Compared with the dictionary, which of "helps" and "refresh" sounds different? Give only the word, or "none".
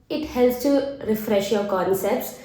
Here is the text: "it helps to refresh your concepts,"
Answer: helps